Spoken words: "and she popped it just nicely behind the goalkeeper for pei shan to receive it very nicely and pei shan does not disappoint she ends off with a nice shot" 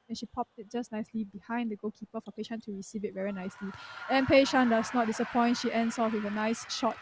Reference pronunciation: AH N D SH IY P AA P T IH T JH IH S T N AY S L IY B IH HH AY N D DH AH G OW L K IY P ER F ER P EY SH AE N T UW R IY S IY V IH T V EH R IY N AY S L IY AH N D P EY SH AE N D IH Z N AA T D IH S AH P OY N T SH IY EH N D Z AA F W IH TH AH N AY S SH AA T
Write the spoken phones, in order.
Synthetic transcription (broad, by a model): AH N SH IY P AA P T IH T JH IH S N AY S L IY B IH HH AY N D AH G OW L K IY P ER F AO P EY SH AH N T UW R IY S IY V IH T V EH R IY N AY S L IY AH N P EY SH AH N D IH S N AA T D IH S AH P OY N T SH IY EH N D S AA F W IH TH AH N AY S SH AA T